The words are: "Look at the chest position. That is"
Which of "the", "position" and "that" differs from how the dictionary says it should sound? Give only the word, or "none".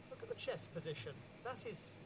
none